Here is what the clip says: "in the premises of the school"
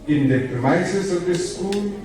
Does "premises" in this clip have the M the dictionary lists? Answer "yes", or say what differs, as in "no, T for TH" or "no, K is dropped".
no, M is dropped